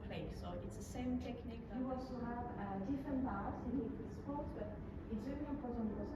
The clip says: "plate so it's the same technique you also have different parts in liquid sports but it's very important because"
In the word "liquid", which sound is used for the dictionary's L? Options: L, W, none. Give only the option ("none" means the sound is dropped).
W